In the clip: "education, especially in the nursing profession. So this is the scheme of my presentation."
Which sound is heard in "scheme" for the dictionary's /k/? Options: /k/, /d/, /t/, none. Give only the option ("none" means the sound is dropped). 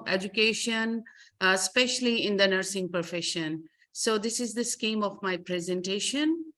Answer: /k/